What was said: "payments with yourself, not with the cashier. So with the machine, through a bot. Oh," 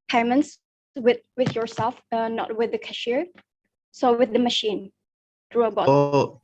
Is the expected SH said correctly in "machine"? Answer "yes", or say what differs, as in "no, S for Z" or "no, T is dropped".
yes